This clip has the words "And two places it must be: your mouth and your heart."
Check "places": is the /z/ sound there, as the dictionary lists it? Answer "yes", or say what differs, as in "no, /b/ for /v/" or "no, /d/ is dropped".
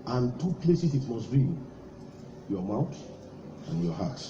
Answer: no, /s/ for /z/